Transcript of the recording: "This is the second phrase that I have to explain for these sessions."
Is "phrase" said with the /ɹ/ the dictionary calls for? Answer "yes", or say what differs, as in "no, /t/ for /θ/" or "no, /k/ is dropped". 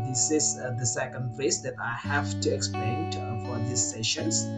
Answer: no, /ɹ/ is dropped